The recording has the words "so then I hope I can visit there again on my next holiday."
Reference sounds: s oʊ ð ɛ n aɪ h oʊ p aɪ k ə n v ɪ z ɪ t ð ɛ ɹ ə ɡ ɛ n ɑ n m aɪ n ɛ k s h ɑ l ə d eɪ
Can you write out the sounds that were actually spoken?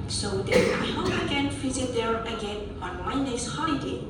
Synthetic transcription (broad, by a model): s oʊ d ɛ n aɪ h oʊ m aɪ k ə n f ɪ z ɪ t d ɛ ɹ ə ɡ ɛ n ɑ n m aɪ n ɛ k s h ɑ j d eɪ